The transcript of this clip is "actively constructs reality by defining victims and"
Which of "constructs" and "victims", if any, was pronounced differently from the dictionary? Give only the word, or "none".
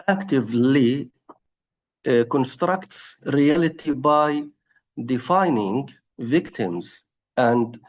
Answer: none